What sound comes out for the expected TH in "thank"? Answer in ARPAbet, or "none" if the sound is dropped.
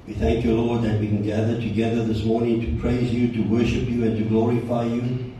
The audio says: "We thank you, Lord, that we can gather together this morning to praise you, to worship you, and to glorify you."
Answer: TH